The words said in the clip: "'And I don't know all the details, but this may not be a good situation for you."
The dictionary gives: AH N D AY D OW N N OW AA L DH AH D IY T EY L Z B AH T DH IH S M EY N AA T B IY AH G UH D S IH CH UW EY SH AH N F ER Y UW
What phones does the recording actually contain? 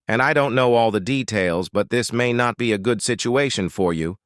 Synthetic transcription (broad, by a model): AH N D AY D OW N N OW AA L DH AH D IY T EY L Z B AH T DH IH S M EY N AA T B IY AH G UH D S IH CH UW EY SH AH N F ER Y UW